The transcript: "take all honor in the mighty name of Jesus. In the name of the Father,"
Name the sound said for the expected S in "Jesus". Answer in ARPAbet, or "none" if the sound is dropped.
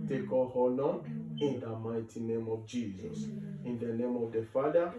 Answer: S